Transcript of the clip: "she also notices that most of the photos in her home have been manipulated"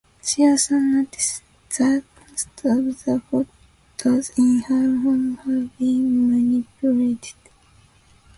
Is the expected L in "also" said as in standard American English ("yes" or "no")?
no